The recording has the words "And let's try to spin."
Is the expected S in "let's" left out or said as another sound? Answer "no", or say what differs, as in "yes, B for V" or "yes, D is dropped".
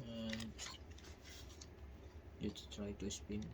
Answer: yes, S is dropped